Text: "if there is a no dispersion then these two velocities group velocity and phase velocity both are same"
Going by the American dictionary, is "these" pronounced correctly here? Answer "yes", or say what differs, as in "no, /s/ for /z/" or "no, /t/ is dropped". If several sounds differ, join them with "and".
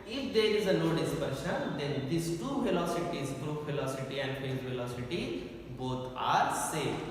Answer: no, /s/ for /z/